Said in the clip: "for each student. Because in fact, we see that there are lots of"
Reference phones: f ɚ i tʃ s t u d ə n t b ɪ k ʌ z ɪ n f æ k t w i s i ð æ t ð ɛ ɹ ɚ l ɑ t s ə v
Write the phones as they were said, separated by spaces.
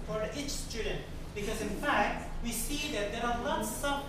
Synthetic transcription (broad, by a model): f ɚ i tʃ s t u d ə n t b ɪ k ʌ z ɪ n f æ k t w i s i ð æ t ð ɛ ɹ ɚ n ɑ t s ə